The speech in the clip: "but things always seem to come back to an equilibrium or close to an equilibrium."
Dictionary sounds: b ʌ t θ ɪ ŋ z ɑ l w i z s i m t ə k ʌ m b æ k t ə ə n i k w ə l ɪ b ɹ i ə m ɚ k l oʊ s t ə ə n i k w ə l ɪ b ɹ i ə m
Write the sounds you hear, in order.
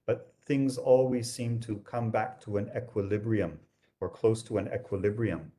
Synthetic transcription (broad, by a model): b ʌ t θ ɪ ŋ z ɑ l w i z s i m t ə k ʌ m b æ k t ə ə n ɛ k w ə l ɪ b ɹ i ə m ɚ k l oʊ s t ə ə n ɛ k w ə l ɪ b ɹ i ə m